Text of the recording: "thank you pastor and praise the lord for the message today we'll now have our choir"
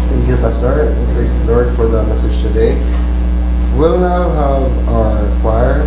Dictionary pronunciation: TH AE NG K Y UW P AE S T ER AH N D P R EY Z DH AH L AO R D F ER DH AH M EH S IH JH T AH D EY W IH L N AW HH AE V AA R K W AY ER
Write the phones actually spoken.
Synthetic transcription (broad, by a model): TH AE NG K Y UW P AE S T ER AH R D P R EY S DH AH L AO R D F ER DH AH M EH S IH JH T AH D EY W IH L N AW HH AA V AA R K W AY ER